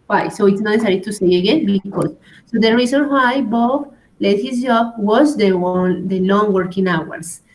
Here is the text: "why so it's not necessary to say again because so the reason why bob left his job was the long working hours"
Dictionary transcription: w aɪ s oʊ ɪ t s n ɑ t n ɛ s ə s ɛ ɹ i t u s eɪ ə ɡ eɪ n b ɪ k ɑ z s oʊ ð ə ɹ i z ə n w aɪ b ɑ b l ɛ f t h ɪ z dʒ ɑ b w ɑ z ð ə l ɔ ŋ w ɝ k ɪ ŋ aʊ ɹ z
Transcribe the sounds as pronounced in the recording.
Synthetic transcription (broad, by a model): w aɪ s oʊ ɪ t s n ɑ t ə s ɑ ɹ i t u s eɪ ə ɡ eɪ n b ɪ k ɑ s oʊ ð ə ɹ i s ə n w aɪ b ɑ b l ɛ t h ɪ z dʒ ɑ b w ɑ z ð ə l ɔ ŋ w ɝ k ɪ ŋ aʊ ɹ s